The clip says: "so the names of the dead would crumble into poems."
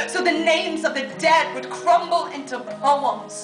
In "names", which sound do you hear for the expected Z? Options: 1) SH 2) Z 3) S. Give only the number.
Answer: 2